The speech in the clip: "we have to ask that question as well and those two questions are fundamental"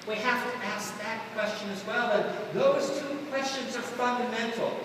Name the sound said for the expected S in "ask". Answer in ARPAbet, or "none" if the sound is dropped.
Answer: S